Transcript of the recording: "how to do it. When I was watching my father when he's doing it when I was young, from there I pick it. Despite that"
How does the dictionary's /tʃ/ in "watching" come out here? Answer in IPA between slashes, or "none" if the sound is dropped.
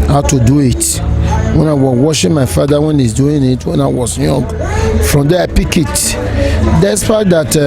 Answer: /ʃ/